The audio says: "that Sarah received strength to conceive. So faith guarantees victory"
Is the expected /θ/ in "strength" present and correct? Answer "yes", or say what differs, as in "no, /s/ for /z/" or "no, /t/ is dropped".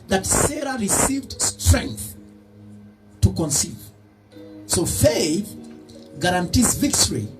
yes